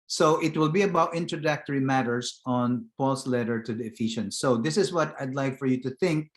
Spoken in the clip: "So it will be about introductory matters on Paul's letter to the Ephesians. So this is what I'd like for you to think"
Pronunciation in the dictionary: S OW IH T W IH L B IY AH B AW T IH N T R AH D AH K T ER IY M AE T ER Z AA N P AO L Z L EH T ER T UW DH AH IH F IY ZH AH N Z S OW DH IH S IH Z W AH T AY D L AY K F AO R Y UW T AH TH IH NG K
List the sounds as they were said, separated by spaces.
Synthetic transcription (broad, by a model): S OW IH T W IH L B IY AH B AW T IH N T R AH D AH K T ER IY M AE T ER S AA N P AO L S L EH T ER T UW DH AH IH F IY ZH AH N S OW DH IH S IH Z W AH T AY D L AY K F AO R Y UW T AH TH IH NG K